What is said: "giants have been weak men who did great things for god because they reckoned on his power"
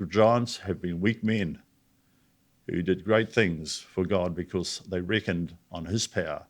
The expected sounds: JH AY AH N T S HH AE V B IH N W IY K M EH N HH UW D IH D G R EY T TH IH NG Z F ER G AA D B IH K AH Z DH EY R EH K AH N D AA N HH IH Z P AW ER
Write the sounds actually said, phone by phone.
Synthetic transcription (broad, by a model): JH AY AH N T S HH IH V B IH N W IY K M EH N HH UW D IH D G R EY T TH IH NG Z F ER G AA D B IH K AH Z DH EY R EH K AH N D N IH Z P AW ER